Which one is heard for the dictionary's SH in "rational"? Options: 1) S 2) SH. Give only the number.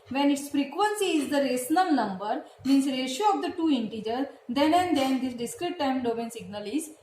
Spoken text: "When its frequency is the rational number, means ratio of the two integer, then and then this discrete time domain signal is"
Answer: 1